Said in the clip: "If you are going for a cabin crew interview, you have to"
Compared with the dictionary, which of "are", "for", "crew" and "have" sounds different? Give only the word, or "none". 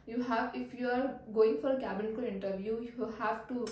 crew